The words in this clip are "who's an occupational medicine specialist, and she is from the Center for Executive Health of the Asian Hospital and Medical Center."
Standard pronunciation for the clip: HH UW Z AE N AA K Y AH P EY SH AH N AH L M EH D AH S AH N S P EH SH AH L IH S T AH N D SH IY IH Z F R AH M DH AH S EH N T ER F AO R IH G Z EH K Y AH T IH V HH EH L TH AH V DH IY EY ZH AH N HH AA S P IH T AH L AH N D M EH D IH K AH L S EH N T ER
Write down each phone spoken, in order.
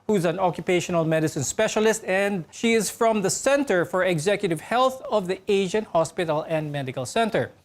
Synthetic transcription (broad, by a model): HH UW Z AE N AA K Y AH P EY SH AH N AH L M EH D AH S AH N S P EH SH AH L IH S T AH N D SH IY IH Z F R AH M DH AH S EH N T ER F AO R IH G Z EH K Y AH T IH V HH EH L TH AH V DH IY EY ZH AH N HH AA S P IH T AH L AH N D M EH D IH K AH L S EH N T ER